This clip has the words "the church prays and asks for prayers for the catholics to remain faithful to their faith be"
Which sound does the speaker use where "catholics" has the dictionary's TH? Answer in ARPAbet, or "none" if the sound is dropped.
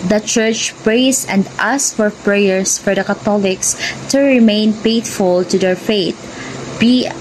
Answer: T